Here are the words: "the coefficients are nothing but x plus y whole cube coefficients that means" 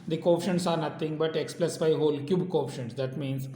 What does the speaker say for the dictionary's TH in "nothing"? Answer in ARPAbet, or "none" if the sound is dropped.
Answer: T